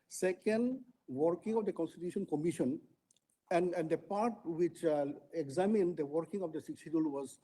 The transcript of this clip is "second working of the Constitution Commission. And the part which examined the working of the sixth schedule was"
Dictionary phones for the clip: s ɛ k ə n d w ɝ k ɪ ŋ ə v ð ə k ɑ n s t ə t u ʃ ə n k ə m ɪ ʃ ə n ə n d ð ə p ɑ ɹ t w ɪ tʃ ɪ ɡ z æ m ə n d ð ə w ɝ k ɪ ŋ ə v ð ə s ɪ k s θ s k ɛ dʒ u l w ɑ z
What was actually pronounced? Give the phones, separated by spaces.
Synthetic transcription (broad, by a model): s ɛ k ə n d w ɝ k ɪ ŋ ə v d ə k ɑ n s t ə t u ʃ ə n k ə m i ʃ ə n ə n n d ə p ɑ ɹ t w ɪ tʃ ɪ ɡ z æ m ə n d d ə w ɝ k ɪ ŋ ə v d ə s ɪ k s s i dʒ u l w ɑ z